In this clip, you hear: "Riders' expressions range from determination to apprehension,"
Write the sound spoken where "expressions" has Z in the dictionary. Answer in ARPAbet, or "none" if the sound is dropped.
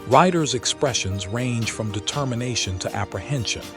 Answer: Z